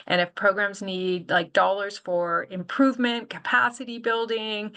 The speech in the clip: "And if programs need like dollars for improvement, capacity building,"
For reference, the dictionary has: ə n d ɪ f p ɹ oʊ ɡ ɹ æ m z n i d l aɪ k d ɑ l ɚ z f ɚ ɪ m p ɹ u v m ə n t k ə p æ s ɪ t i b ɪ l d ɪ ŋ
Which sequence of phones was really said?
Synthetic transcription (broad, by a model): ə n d ɪ f p ɹ oʊ ɡ ɹ æ m z n i d l aɪ k d ɑ l ɚ z f ɚ ɪ m p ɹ u v m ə n k ə p æ s ɪ t i b ɪ l d ɪ ŋ